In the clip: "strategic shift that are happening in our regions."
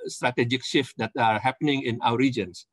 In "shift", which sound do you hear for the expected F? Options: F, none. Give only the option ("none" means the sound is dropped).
F